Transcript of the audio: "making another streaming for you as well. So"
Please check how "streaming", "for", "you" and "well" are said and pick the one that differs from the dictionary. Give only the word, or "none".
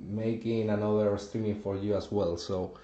streaming